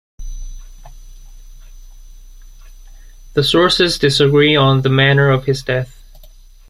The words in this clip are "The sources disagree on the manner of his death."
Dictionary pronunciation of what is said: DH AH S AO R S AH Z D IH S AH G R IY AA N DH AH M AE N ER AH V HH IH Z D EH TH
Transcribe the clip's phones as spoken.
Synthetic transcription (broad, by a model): DH AH S AO R S AH Z D IH S AH G R IY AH N DH AH M AE N ER AH V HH IH Z D EH TH